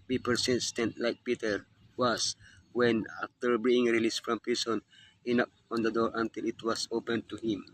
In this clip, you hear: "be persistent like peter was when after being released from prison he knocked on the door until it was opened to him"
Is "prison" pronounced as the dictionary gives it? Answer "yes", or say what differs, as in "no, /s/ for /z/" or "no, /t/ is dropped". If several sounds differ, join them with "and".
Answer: no, /s/ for /z/